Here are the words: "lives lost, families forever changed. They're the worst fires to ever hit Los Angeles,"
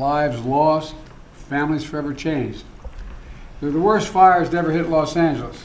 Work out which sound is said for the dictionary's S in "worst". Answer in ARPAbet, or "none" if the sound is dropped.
S